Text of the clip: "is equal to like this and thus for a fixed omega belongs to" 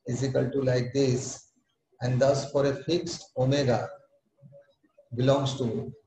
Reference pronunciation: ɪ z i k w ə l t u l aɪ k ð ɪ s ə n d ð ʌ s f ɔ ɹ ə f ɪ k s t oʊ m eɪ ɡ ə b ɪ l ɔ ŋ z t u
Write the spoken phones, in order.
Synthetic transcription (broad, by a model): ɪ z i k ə l t u l aɪ k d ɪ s ə n d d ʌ s f ɔ ɹ ə f ɪ k s t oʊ m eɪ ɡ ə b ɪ l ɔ ŋ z t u